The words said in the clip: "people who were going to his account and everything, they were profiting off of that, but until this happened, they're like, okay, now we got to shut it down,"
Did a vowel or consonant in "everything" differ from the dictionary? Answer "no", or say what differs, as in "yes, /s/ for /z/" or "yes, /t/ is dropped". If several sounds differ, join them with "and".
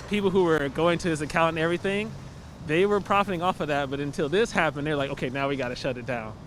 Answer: no